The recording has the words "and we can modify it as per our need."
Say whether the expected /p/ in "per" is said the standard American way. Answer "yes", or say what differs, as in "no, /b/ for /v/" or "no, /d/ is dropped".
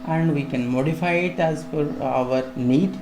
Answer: no, /f/ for /p/